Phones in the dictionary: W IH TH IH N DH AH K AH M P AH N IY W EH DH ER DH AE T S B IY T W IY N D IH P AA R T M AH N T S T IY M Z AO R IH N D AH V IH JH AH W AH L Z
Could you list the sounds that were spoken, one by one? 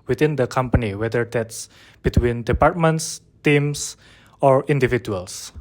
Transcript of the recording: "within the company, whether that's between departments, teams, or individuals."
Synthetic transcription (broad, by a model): W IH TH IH N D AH K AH M P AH N IY W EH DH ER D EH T S B IY T W IY N D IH P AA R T M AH N T S T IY M S AO R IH N D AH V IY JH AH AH L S